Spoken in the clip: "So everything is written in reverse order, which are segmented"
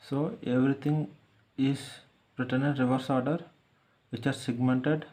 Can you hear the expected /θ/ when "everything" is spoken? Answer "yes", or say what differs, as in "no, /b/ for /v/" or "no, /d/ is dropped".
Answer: no, /t/ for /θ/